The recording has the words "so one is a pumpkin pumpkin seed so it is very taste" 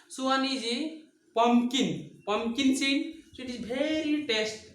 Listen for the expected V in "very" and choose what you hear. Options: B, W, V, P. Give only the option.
B